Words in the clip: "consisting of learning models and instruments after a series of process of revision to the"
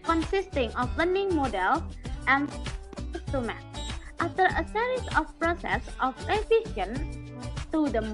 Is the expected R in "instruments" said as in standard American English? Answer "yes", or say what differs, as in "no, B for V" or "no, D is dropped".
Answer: no, R is dropped